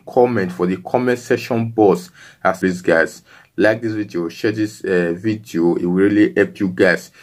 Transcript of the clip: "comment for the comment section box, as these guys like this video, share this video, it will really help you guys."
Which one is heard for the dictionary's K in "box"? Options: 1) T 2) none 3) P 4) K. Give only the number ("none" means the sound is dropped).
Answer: 2